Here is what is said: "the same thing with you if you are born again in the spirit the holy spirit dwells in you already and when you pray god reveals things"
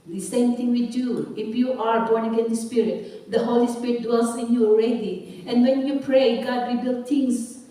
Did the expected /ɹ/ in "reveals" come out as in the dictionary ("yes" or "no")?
no